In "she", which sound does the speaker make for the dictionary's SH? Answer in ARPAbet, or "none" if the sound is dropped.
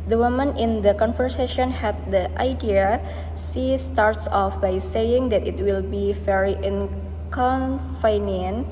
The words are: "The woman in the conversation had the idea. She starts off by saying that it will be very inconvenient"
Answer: S